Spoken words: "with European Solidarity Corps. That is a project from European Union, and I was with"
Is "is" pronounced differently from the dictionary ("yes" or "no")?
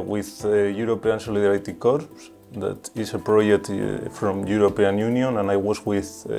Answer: yes